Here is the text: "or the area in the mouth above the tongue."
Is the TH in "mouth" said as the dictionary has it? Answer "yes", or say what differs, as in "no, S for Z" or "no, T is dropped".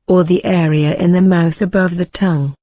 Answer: yes